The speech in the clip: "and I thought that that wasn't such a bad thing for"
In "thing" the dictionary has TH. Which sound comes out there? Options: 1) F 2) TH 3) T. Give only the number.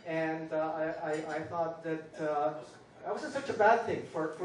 2